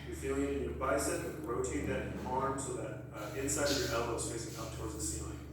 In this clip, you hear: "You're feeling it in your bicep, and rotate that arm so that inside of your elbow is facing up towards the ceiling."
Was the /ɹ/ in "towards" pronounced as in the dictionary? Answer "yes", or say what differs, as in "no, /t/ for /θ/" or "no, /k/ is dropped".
yes